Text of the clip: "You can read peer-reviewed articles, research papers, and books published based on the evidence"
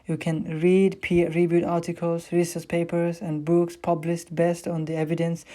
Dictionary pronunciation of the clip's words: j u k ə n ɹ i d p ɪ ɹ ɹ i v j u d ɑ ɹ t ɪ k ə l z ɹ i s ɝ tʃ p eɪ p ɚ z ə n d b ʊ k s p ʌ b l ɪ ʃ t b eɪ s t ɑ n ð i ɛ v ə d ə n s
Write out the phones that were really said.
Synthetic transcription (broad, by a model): j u k ə n ɹ i d p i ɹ ɹ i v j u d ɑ ɹ t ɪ k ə l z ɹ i s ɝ s p eɪ p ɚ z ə n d b ʊ k s p ʌ b l ɪ ʃ t b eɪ s t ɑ n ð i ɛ v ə d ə n s